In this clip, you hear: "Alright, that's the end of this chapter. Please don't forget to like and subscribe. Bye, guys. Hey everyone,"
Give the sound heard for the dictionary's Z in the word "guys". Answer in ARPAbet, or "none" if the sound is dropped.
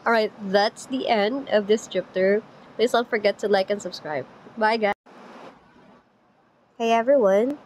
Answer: none